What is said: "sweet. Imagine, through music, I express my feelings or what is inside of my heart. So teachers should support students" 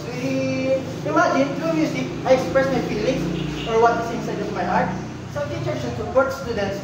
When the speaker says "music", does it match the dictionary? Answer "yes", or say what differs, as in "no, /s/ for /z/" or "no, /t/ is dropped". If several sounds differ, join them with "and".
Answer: no, /s/ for /z/